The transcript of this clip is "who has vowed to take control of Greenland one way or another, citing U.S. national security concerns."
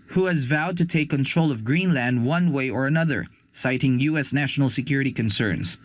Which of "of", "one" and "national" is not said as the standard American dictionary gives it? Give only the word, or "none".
none